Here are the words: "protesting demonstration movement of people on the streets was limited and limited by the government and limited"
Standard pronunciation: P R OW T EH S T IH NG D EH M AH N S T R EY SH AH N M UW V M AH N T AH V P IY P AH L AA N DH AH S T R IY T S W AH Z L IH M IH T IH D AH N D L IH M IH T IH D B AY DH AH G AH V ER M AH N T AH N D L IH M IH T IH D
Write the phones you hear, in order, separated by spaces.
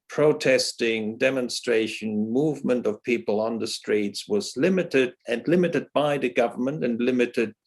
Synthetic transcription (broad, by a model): P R OW T EH S T IH NG D EH M AH N S T R EY SH AH N M UW V M AH N T AH V P IY P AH L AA N DH AH S T R IY T S W AH Z L IH M IH T IH D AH N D L IH M IH T IH D B AY DH AH G AH V ER M AH N T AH N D L IH M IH T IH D